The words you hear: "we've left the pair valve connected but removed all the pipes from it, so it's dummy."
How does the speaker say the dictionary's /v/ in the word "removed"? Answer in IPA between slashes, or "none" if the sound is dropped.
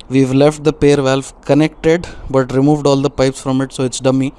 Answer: /v/